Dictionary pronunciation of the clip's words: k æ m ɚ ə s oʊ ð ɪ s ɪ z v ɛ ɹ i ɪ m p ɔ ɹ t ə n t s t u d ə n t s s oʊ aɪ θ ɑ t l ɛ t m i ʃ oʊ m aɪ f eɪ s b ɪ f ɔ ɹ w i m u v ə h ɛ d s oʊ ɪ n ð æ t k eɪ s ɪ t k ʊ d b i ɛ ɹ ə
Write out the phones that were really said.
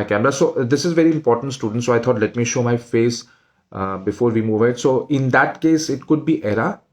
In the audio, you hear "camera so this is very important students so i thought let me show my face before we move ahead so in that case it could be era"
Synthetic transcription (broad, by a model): k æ m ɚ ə s oʊ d ɪ s ɪ z v ɛ ɹ i ɪ m p ɔ ɹ t ə n t s t u d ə n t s s oʊ aɪ t ɑ t l ɛ t m i ʃ oʊ m aɪ f eɪ s b ɪ f ɔ ɹ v i m u v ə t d s oʊ ɪ n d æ t k eɪ s ɪ t k ʊ d b i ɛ ɹ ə